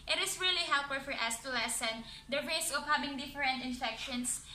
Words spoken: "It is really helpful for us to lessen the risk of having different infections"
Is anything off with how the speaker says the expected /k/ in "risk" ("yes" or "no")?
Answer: yes